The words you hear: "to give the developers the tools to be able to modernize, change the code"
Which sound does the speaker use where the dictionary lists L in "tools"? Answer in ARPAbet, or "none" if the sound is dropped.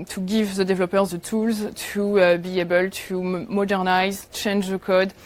L